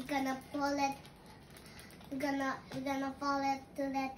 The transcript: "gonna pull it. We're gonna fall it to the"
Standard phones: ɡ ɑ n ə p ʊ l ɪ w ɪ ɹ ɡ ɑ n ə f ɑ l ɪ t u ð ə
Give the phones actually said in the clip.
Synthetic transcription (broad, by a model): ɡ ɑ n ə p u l ɪ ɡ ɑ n ɡ ɑ n ə p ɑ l ɪ t u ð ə